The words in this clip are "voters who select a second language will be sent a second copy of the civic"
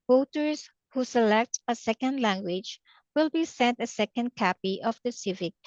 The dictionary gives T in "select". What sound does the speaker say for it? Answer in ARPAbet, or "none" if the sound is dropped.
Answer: T